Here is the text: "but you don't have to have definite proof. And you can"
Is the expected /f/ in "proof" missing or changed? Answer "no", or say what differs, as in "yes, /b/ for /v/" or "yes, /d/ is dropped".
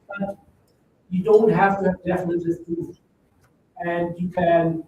yes, /f/ is dropped